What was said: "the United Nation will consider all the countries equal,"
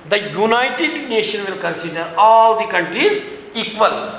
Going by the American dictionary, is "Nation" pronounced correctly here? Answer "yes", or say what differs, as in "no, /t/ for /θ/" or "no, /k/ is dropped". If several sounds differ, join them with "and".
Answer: yes